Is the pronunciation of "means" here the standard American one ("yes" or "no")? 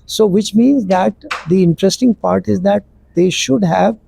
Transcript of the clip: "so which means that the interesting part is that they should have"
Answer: yes